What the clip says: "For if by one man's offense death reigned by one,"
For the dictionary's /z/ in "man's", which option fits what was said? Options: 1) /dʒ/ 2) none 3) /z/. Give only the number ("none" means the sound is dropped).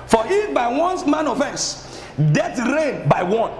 2